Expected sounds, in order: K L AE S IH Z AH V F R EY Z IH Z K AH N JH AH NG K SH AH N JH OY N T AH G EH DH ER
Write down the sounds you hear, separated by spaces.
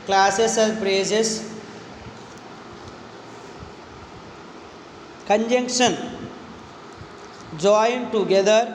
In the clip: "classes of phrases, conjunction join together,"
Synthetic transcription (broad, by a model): K L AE S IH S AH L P R EY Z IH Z K AH N JH AH NG K SH AH N JH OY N T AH G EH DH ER